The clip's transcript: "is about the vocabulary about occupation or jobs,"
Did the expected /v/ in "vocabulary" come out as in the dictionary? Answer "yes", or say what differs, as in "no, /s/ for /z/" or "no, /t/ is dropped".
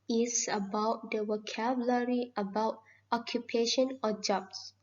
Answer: no, /w/ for /v/